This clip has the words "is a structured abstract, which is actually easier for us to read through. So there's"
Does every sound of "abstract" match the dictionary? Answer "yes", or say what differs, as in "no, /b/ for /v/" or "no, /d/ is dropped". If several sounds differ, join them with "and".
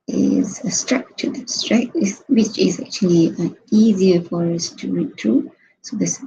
no, /b/ is dropped